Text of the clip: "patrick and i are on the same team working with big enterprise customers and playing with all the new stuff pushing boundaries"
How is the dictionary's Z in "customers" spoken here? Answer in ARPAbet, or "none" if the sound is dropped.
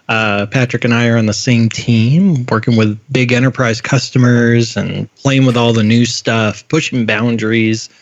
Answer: Z